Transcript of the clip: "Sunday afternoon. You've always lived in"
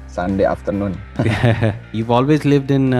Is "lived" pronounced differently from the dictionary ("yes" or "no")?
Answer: no